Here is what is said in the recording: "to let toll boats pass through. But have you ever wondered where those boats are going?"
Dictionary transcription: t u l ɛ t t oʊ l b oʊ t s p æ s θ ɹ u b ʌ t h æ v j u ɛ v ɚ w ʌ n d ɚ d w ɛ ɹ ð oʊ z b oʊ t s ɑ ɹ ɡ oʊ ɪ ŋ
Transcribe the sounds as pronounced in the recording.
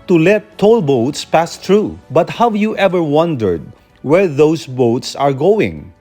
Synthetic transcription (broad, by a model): t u l ɛ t t oʊ l b oʊ t s p æ s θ ɹ u b ʌ t h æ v j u ɛ v ɚ w ʌ n d ɚ d w ɛ ɹ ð oʊ s b oʊ t s ɑ ɹ ɡ oʊ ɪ ŋ